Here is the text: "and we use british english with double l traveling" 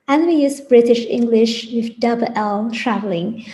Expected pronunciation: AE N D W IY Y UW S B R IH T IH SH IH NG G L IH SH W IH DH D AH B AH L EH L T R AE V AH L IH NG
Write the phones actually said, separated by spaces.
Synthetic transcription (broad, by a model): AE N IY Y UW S B R IH T IH SH IH NG G L IH SH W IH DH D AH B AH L EH L T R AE V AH L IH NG